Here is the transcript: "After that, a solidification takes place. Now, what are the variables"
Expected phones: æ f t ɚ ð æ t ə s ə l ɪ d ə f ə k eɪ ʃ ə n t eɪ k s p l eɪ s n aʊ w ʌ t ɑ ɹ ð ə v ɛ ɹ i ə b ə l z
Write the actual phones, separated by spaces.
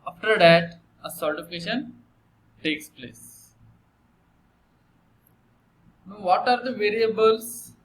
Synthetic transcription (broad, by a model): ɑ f t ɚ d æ t ə s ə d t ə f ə k eɪ ʃ ə n t eɪ k s p l eɪ s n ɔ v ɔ t ɑ ɹ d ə v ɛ ɹ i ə b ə l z